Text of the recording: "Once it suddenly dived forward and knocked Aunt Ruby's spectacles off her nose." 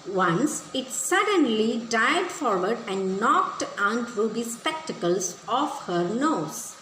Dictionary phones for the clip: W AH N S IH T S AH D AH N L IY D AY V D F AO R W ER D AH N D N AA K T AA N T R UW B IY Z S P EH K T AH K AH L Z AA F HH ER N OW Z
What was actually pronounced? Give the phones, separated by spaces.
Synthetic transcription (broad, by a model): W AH N S IH T S AH D AH N L IY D AY D F AO R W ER D AH N D N AA K T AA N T R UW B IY S P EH K T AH K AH L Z AA F HH ER N OW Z